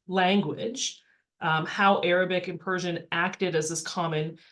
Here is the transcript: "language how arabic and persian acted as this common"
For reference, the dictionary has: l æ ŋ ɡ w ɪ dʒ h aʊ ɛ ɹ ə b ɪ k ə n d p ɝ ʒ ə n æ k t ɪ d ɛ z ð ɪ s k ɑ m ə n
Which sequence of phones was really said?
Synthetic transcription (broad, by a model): l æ ŋ ɡ w ɪ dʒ h aʊ ɛ ɹ ə b ɪ k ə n p ɝ ʒ ə n æ k t ɪ d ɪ z ð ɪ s k ɑ m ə n